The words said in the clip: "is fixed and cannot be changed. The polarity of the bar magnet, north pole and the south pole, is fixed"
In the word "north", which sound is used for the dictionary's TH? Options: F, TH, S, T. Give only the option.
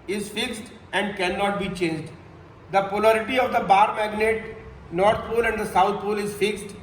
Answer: T